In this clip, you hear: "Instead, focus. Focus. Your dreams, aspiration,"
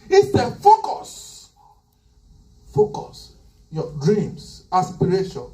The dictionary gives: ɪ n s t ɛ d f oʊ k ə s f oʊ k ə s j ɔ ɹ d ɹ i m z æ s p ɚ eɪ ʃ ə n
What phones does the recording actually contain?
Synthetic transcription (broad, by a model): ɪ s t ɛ f oʊ k ə s f oʊ k ə s j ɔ d ɹ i m s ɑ s p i eɪ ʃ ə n